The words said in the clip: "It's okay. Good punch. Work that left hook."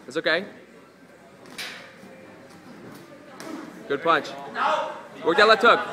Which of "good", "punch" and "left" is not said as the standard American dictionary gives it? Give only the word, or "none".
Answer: left